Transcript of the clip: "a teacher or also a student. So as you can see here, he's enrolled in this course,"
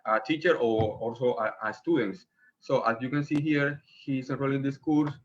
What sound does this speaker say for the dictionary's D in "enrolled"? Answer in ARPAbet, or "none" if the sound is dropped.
none